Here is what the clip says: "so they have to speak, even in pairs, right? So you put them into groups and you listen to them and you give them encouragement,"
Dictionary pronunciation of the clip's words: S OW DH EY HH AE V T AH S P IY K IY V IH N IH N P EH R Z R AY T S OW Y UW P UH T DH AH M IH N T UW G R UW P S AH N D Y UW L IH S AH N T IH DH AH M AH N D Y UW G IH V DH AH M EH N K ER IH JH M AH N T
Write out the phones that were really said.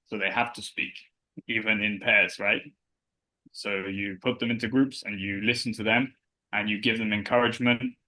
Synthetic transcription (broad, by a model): S OW DH EY HH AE F T AH S P IY K IY V IH N IH N P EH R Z R AY T S OW Y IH P UH T DH AH M IH N T UW G R UW P S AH N Y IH L IH S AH N T IH DH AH M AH N Y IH G IH V DH AH M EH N K ER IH JH M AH N T